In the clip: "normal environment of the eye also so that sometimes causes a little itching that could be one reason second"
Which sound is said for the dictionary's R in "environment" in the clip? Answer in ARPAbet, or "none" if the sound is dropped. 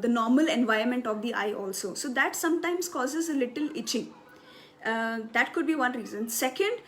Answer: none